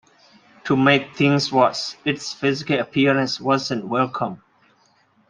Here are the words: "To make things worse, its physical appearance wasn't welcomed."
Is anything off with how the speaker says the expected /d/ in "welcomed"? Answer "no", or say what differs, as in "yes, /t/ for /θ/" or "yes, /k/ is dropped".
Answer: yes, /d/ is dropped